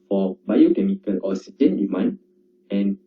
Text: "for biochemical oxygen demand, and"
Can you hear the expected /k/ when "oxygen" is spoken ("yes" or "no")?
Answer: no